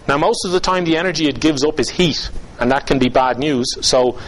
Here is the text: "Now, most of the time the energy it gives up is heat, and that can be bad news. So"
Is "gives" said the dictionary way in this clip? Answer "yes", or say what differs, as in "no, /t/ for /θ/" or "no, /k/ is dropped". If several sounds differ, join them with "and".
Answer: yes